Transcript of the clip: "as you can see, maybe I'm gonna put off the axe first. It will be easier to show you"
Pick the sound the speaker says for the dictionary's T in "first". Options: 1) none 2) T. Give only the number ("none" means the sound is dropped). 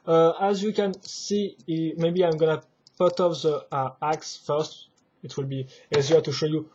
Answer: 2